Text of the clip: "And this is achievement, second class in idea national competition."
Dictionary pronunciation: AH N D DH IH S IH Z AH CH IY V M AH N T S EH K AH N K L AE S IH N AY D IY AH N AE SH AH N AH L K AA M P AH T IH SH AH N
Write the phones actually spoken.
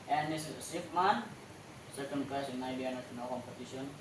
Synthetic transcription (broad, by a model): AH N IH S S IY P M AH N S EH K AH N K AA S IH N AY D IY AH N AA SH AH N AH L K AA M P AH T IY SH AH N